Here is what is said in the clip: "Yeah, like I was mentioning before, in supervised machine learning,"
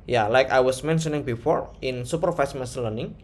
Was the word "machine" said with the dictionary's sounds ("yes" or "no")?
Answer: no